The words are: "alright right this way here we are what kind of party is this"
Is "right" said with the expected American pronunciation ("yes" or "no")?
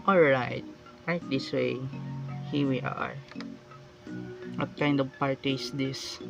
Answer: no